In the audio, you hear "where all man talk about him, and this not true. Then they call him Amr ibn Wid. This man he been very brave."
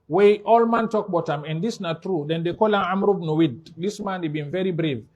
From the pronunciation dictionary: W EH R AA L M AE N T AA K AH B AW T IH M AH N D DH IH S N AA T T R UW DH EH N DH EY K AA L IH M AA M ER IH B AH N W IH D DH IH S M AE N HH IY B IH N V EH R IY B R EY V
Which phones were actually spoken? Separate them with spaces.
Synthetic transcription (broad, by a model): W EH AA L M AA N T AA K B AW T IH M AH N D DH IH S N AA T T R UW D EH N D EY K AA L IH M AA M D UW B N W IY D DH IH S M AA N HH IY B IH N V EH R IY B R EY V